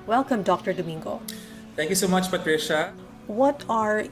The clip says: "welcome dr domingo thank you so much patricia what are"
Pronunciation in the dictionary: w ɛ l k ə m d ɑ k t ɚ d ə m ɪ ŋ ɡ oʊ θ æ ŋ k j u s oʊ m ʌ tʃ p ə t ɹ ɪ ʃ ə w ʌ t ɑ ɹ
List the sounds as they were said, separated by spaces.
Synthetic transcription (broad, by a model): w ɛ l k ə m d ɑ k t ɚ d ə m ɪ ŋ ɡ oʊ t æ ŋ k j u s oʊ m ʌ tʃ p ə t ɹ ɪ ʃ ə w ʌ t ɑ ɹ